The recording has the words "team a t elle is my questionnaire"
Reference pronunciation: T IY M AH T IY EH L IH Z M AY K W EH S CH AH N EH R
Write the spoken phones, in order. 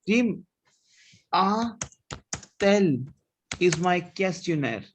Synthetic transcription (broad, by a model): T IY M AH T EH L IH Z M AY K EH S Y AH N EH R